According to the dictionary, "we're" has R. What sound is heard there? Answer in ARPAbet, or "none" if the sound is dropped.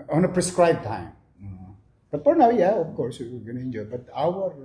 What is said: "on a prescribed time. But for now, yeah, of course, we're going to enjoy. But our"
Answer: W